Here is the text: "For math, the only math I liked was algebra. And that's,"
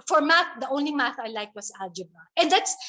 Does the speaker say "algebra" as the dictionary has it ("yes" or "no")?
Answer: no